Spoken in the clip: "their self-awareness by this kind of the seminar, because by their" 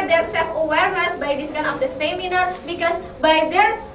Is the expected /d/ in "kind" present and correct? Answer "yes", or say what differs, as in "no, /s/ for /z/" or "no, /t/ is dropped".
no, /d/ is dropped